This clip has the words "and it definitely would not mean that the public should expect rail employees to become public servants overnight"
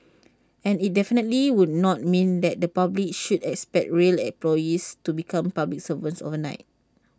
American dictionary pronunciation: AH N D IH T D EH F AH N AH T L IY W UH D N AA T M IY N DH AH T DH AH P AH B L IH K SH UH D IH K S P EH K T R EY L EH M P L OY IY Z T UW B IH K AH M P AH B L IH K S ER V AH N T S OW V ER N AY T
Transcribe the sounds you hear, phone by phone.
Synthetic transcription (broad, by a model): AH N IH T D EH F AH N AH T L IY W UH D N AA T M IY N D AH T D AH P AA B L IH K SH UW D IH K S P EH K T R EY L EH P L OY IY S T UW B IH K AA M P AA B L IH K S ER V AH N S OW V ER N AY T